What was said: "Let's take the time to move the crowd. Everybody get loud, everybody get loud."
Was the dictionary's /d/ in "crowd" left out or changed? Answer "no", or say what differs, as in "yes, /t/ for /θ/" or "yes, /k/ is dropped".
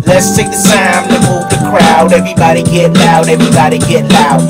no